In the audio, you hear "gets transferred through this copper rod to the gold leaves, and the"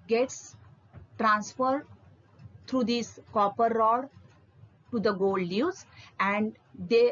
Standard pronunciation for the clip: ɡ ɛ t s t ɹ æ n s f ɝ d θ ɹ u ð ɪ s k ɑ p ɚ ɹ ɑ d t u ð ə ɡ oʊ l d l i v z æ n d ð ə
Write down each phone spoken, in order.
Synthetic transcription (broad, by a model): ɡ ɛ t s t ɹ æ n s f ɝ d t ɹ u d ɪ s k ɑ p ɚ ɹ ɑ d t u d ə ɡ oʊ l d n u z æ n d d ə